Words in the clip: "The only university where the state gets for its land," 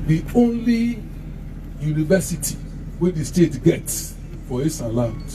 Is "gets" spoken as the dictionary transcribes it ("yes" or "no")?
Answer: yes